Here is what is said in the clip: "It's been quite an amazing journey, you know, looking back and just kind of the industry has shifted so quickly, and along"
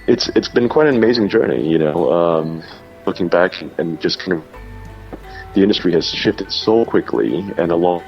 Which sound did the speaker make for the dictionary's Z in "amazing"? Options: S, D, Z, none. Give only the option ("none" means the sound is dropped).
Z